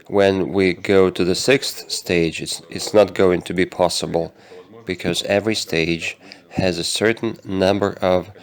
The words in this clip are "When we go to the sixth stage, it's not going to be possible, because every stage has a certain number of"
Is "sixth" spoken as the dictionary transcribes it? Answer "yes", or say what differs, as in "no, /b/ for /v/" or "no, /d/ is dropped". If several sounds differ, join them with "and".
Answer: yes